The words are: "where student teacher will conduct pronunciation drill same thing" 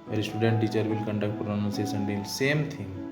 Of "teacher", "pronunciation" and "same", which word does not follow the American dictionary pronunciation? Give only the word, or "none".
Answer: pronunciation